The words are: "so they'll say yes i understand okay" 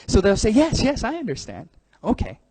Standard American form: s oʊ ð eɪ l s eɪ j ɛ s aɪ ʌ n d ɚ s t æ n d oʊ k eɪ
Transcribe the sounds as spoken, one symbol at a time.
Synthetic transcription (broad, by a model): s oʊ ð eɪ l s eɪ j ɛ s aɪ ʌ n d ɚ s t æ n d oʊ k eɪ